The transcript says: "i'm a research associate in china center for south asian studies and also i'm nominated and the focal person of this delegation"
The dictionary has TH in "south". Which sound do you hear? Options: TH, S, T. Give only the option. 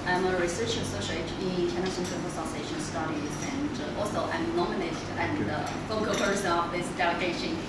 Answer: S